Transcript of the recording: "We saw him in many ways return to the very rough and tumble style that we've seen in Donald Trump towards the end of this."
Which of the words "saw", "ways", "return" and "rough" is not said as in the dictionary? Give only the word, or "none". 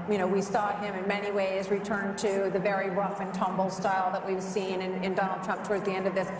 none